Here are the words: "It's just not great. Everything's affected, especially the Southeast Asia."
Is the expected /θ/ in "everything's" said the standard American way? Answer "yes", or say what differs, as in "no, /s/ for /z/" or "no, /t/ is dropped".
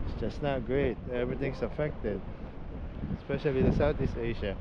no, /t/ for /θ/